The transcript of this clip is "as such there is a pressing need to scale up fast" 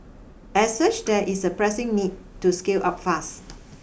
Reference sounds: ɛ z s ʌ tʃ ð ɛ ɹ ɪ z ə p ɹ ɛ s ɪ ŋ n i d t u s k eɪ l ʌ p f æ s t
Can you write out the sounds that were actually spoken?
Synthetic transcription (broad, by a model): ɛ s ʌ tʃ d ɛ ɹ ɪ s ə p ɹ ɛ s ɪ ŋ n i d t u s k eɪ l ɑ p f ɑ s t